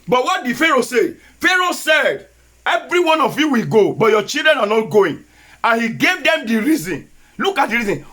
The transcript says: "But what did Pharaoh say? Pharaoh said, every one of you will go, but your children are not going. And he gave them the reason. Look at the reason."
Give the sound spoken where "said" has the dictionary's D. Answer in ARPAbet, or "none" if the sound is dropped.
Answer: D